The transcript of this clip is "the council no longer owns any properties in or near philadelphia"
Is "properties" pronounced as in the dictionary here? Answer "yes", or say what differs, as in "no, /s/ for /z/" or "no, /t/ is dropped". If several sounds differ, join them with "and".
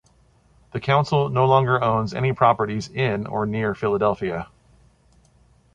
yes